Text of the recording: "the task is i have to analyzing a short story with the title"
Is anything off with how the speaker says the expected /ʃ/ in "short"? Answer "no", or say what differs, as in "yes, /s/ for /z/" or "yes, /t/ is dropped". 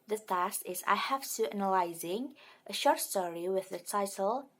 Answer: no